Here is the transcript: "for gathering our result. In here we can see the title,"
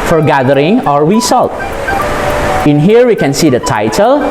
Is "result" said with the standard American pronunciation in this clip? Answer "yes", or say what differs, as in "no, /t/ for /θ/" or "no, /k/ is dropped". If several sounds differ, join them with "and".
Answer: no, /s/ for /z/